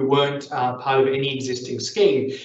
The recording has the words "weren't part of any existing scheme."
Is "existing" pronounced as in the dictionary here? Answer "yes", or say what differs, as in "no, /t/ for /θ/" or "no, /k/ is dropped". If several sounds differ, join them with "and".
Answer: yes